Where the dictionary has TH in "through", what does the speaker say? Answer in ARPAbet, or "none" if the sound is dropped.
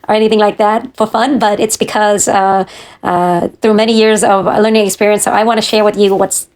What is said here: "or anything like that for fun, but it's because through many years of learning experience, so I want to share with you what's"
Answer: TH